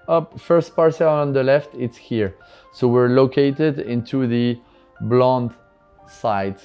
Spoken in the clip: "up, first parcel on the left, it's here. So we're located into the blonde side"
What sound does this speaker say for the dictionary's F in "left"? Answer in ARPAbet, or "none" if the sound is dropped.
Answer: F